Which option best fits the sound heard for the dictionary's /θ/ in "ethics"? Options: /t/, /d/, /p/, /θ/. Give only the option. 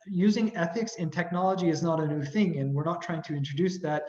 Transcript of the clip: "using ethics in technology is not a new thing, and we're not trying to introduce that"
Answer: /θ/